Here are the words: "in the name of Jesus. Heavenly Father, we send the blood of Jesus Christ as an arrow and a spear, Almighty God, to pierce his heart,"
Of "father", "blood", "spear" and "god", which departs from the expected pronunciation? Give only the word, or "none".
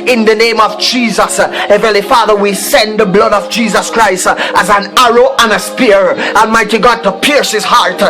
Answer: none